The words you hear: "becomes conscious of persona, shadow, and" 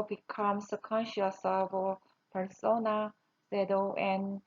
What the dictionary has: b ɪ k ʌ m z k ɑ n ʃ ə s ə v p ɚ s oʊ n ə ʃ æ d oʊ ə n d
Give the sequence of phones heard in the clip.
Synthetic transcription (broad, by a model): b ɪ k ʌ m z k ɑ n ʃ ə s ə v p ɚ s oʊ n ə s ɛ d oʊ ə n